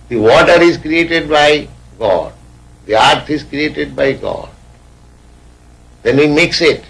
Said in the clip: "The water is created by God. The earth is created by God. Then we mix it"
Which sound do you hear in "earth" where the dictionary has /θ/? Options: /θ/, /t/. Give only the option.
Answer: /t/